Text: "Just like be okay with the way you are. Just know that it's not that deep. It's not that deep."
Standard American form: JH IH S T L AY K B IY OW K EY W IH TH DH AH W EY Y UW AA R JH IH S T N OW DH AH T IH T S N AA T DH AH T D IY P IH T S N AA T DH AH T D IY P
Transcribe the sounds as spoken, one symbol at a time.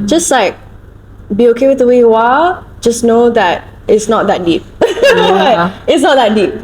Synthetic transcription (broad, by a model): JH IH S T L AY K B IY OW K EY W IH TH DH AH W EY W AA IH L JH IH S N OW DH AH T IH T S N AA T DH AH T D IY P IH T S N AA T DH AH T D IY P